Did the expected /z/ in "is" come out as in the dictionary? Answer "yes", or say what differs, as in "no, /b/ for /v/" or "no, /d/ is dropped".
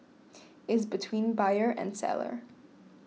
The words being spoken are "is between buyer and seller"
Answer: yes